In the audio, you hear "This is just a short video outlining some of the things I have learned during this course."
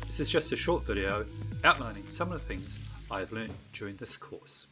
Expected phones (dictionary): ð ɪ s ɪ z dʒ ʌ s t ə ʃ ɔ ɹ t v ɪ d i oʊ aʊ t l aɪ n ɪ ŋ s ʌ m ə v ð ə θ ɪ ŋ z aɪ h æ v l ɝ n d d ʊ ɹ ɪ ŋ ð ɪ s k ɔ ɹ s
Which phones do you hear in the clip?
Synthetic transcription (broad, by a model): ð ɪ s ɪ z dʒ ʌ s t ə ʃ ɔ ɹ t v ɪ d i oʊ aʊ t l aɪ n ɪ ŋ s ʌ m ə ð ə θ ɪ ŋ z aɪ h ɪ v l ɝ n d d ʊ ɹ ɪ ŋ ð ɪ s k ɔ ɹ s